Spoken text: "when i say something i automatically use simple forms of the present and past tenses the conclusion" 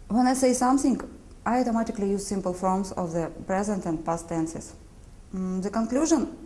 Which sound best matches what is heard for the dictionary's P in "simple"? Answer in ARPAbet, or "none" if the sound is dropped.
P